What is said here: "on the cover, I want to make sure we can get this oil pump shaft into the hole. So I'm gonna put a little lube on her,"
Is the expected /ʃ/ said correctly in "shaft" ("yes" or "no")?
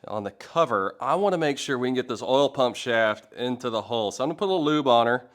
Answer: yes